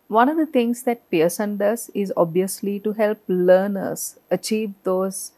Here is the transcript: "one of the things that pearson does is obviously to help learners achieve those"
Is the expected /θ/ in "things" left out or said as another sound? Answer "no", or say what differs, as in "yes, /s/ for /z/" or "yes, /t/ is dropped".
yes, /t/ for /θ/